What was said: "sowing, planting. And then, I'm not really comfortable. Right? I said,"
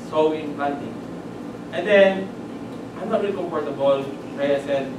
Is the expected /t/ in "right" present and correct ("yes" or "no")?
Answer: no